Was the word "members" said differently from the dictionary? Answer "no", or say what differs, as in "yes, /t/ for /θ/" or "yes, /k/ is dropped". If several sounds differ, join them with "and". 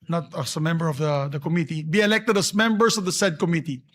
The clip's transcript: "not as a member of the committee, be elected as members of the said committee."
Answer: yes, /s/ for /z/